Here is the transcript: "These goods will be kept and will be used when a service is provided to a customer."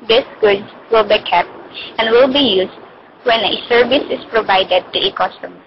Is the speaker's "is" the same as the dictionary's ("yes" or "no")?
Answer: no